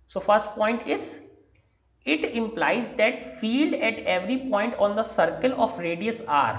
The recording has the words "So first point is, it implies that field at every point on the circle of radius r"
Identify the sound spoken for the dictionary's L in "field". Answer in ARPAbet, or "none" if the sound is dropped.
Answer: L